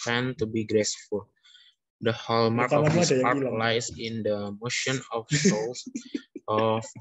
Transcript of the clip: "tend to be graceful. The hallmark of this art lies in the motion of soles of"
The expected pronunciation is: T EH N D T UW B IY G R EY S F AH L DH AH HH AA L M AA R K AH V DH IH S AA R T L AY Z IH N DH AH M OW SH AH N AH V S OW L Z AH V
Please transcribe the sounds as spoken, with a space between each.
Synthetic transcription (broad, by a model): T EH N T UW B IY G R EY S F AH L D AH HH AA L M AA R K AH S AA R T L AY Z IH N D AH M OW SH AH N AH F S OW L S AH